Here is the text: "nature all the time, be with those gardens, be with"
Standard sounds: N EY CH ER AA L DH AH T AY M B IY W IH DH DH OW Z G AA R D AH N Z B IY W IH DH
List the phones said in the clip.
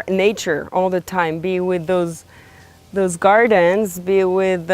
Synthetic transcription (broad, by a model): N EY CH ER AA L DH AH T AY M B IY W IH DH DH OW Z G AA R D AH N Z B IY W IH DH